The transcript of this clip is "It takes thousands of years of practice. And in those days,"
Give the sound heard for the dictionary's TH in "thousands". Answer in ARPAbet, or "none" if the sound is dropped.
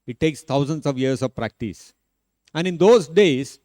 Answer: T